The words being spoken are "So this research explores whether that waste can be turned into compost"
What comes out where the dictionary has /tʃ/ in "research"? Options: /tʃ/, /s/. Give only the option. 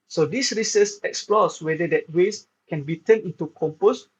/s/